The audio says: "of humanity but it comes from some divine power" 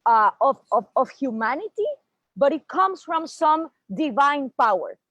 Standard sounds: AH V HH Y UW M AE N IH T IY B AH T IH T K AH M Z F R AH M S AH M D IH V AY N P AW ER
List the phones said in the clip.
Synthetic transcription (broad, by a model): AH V HH Y UW M AE N IH T IY B AH T IH T K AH M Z F R AH M S AH M D IH V AY N P AW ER